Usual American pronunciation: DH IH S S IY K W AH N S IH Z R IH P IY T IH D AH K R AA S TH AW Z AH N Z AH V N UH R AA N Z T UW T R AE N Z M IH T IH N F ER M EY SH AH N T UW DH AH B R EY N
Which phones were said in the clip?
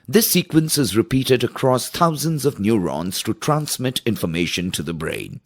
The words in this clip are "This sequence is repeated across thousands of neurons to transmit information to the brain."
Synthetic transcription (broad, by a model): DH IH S S IY K W AH N S IH Z R IH P IY T IH D AH K R AA S T AW Z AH N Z AH V N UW R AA N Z T UW T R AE N S M IH T IH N F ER M EY SH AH N T UW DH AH B R EY N